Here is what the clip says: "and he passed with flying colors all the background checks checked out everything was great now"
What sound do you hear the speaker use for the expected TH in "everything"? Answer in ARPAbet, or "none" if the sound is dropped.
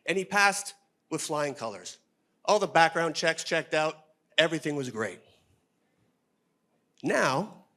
TH